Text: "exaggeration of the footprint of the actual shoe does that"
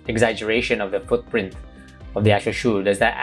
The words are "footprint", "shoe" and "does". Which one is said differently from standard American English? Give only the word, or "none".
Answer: none